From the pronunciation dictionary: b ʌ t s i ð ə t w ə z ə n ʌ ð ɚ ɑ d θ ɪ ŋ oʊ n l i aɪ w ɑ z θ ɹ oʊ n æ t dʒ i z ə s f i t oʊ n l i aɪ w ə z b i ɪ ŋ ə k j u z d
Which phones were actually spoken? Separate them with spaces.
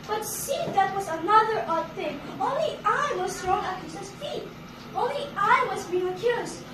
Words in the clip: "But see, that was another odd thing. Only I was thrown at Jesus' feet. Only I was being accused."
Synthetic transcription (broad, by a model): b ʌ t s i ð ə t w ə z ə n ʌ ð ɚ ɑ d θ ɪ ŋ oʊ n l i aɪ w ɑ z t ɹ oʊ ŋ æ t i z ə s f i t oʊ n l i aɪ w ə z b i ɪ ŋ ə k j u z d